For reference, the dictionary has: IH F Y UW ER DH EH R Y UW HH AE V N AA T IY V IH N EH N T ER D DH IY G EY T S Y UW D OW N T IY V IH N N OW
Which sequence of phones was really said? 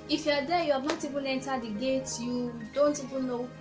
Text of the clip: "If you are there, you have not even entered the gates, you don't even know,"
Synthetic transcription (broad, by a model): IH F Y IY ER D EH Y UW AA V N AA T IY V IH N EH N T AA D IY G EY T Y UW D OW N T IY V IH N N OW